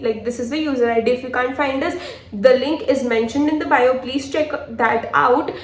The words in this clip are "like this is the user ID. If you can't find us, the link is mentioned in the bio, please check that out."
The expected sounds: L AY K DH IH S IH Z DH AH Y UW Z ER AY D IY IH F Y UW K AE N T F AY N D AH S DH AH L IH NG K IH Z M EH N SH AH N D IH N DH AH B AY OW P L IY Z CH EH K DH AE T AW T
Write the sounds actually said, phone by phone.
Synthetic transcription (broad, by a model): L AY K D IH S IH Z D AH Y UW Z ER AY D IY IH F Y UW K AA N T F AY N D AH S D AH L IH NG K IH Z M EH N SH AH N D IH N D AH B AY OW P L IY Z CH EH K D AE T AW T